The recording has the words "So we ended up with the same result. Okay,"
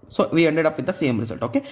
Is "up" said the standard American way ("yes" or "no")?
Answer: yes